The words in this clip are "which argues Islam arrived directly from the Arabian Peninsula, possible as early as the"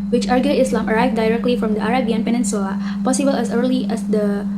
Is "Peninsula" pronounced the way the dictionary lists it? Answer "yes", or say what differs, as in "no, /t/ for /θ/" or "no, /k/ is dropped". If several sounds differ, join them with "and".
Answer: no, /l/ is dropped